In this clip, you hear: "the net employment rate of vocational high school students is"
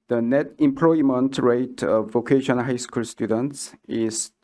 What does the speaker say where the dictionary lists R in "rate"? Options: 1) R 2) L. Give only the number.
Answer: 1